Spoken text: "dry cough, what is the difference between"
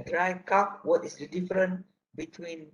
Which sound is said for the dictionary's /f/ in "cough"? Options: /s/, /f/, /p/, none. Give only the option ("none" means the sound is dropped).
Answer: /p/